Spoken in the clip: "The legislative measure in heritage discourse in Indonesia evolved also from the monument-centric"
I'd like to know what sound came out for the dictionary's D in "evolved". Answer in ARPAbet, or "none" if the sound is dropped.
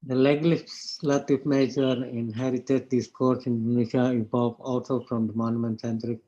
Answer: none